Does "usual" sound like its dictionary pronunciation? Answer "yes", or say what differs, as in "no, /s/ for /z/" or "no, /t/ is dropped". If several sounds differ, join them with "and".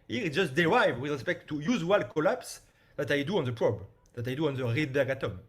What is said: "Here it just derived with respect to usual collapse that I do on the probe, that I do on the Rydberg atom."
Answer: no, /z/ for /ʒ/